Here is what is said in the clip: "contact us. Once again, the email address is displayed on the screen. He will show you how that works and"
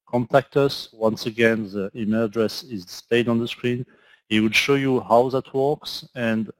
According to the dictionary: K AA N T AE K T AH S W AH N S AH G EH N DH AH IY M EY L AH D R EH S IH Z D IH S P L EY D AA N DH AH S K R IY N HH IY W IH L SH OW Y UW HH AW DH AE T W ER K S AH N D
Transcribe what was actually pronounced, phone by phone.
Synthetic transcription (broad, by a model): K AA N T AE K T AH S W AH N S AH G EH N DH AH IY M EY L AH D R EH S IH Z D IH S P EY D AA N DH AH S K R IY N HH IY W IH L SH OW Y UW HH AW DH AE T W ER K S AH N D